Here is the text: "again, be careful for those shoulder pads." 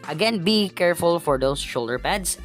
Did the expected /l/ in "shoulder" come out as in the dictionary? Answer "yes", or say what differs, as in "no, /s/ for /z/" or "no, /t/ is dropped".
yes